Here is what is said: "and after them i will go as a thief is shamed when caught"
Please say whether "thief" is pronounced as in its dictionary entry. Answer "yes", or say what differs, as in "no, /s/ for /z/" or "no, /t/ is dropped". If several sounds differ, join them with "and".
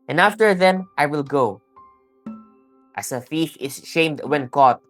no, /f/ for /θ/